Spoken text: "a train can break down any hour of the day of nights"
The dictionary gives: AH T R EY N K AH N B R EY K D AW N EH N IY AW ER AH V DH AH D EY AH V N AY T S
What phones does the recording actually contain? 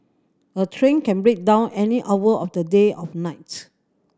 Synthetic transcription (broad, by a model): AH T R EY N K AH N B R EY K D AW N EH N IY AW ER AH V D AH D EY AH F N AY T